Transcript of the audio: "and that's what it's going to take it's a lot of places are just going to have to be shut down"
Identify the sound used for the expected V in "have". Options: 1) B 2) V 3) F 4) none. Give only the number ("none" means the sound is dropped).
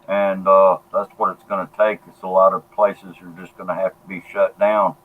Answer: 3